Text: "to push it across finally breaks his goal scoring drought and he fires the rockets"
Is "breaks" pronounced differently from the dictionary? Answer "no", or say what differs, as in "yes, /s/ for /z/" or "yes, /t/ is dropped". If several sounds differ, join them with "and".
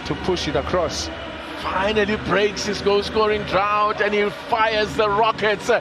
no